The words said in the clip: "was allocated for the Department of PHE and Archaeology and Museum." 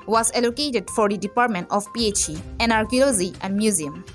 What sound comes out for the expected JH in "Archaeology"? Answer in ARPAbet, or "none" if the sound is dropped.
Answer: Z